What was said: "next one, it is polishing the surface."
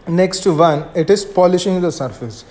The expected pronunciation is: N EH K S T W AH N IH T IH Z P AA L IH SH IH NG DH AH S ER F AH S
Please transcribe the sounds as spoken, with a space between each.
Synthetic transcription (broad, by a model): N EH K S T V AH N IH T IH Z P AA L IH SH IH NG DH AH S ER F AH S